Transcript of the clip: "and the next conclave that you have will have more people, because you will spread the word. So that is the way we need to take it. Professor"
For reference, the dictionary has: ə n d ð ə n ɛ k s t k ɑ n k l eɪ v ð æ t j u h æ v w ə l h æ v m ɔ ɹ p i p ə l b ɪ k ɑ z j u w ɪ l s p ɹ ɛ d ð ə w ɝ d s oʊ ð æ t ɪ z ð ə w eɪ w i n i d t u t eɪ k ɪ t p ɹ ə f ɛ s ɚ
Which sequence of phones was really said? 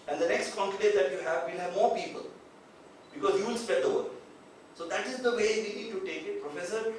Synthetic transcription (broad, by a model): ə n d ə n ɛ k s t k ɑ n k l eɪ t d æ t j u h æ v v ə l h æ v m ɔ ɹ p i p ə l b ɪ k ɑ z j u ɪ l s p ɛ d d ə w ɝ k s oʊ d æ t ɪ z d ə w eɪ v i n i d t u t eɪ k ɪ t p ɹ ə f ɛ s ɚ